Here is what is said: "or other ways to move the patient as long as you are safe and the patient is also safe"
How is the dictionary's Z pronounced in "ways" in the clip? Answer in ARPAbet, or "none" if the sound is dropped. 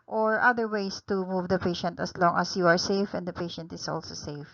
S